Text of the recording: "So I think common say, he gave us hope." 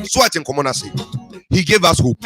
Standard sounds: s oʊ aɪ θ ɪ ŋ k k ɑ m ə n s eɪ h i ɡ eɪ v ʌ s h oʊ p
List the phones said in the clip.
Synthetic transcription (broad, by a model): s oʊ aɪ t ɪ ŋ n k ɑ m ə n s eɪ h i ɡ eɪ v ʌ s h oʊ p